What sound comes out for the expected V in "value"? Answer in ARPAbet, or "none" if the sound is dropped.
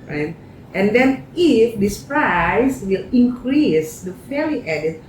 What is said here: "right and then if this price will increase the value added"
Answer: F